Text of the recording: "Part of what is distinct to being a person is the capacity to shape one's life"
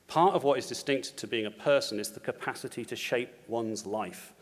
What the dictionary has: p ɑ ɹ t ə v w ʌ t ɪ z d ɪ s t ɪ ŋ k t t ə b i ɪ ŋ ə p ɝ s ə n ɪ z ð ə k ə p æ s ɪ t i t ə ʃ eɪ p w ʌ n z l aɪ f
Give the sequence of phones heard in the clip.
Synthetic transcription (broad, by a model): p ɑ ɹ t ə v w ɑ t ɪ z d ɪ s t ɪ ŋ k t t ə b i ɪ ŋ ə p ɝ s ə n ɪ z ð ə k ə p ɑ s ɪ t i t ə ʃ eɪ p w ʌ n z l aɪ f